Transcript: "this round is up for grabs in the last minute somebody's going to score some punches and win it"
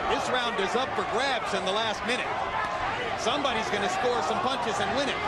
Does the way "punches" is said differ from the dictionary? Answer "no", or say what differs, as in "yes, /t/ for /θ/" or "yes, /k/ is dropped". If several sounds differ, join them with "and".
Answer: no